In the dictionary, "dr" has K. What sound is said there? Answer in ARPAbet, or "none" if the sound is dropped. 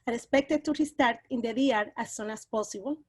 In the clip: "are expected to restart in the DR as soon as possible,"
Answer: none